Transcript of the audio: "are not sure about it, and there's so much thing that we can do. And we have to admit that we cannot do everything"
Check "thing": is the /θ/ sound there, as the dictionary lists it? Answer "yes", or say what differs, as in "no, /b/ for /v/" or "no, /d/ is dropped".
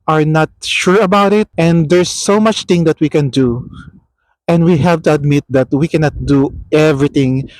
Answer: no, /t/ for /θ/